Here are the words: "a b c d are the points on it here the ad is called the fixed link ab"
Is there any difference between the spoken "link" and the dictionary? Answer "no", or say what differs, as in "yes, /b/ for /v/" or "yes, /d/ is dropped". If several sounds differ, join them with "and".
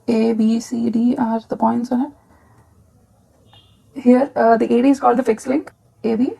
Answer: no